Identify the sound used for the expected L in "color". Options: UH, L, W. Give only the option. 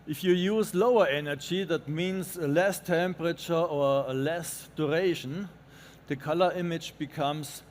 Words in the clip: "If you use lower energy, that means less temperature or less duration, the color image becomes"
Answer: L